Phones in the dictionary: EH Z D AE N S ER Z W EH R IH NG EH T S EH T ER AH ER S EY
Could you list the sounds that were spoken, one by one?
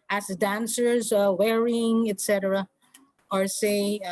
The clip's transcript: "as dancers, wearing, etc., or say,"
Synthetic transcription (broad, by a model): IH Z D AE N S ER Z W EH R IH NG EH T S EH T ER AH ER S EY